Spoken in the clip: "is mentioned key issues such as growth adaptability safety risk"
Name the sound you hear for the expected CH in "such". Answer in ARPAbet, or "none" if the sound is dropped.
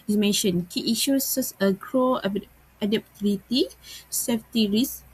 S